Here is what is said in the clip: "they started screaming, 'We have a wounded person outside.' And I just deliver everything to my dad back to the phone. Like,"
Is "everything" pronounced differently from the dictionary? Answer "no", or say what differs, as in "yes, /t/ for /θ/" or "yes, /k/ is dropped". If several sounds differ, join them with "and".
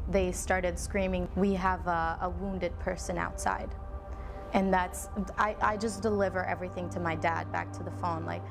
no